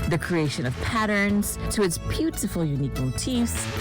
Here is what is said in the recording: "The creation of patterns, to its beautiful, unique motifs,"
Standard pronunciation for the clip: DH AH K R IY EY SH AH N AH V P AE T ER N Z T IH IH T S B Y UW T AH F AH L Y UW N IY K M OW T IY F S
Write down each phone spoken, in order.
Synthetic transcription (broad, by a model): DH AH K R IY EY SH AH N AH V P AE T ER N Z T IH IH T S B Y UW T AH F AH L Y UW N IY K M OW T IY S